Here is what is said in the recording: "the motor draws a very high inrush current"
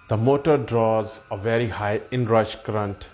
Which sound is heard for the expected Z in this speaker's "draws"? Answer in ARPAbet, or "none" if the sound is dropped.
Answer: Z